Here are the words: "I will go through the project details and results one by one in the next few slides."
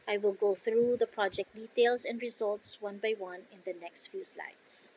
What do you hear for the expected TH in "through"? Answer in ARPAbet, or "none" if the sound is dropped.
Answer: TH